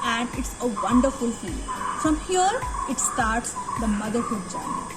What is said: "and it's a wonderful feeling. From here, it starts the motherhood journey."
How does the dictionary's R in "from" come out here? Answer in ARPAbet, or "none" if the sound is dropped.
R